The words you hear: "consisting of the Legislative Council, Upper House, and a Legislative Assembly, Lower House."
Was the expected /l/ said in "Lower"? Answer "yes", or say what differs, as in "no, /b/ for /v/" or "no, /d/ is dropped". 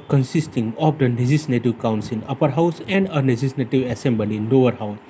no, /n/ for /l/